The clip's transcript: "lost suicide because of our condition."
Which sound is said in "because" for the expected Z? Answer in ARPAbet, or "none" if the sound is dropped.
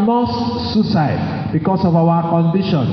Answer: S